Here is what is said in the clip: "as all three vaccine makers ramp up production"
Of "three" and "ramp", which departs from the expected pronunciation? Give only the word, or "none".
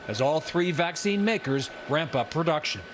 none